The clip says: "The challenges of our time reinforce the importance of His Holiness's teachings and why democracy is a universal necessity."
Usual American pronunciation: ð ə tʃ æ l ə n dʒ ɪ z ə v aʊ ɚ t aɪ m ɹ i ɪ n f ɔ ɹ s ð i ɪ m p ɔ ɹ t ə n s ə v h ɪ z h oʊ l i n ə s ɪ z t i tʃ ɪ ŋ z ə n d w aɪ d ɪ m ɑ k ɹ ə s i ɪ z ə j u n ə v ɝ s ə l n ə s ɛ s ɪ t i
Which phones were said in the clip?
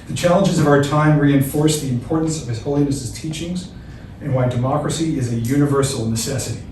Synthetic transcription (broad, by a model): ð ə tʃ æ l ə n dʒ ɪ z ə v aʊ ɚ t aɪ m ɹ i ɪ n f ɔ ɹ s ð i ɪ m p ɔ ɹ t n s ə v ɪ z h oʊ l i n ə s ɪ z t i tʃ ɪ ŋ z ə n w aɪ d ɪ m ɑ k ɹ ə s i ɪ z ə j u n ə v ɝ s l n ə s ɛ s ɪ t i